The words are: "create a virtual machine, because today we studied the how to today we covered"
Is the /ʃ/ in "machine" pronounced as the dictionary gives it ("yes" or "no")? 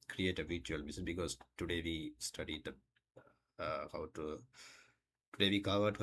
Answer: no